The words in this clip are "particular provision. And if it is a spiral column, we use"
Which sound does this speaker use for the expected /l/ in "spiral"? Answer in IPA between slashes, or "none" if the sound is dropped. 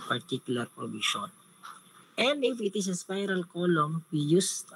/l/